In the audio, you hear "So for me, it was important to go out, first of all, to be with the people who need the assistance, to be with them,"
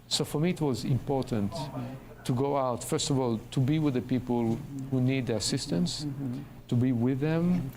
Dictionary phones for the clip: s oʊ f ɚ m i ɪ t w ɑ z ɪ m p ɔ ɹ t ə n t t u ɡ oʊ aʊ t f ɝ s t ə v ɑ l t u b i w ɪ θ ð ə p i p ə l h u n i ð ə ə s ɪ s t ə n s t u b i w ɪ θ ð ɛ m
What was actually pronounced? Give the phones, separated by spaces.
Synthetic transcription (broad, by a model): s oʊ f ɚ m i ɪ t w ɑ z ɪ m p ɔ ɹ t ə n t t u ɡ oʊ aʊ t f ɝ s t ə v ɑ l t u b i w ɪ ð ə p i p ə l h u n i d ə ə s ɪ s t ə n s t u b i w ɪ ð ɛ m